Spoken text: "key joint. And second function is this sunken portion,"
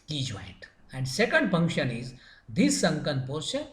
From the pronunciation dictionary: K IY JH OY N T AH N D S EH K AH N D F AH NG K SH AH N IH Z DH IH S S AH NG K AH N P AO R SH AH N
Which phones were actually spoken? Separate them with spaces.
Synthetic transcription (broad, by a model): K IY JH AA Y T AH N D S EH K AH N D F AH NG K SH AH N IH Z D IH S S AH NG K AH N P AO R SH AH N